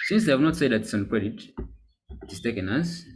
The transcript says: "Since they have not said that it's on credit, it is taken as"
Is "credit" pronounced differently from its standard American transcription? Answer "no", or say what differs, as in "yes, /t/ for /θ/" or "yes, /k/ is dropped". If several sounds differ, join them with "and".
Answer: no